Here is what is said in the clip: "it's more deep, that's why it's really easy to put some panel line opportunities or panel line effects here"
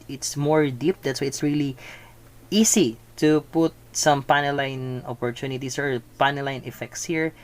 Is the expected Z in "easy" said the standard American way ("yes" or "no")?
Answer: no